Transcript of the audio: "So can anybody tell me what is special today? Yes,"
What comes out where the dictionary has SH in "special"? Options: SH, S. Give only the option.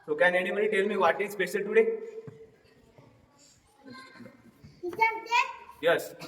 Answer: S